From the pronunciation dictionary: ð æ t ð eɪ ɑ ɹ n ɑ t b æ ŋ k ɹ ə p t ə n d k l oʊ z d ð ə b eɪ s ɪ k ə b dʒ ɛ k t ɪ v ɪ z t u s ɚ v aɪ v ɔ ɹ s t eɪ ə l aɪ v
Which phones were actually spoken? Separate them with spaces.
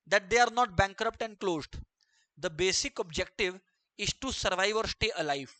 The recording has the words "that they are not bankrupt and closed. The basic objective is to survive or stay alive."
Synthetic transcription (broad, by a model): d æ t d eɪ ɑ ɹ n ɑ t b æ ŋ k ɹ ə p t ə n d k l oʊ z d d ə b eɪ s ɪ k ə b dʒ ɛ k t ɪ v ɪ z t u s ɚ v aɪ v ɔ ɹ s t eɪ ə l aɪ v